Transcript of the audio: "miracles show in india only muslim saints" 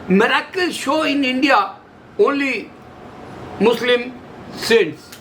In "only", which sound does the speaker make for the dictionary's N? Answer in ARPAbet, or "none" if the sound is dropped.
none